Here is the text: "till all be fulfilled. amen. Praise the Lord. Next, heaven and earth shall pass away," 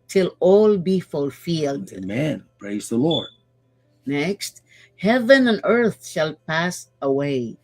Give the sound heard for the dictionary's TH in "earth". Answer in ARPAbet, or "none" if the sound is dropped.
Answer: TH